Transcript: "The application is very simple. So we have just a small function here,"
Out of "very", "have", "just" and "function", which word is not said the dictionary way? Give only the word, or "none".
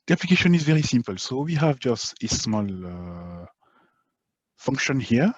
none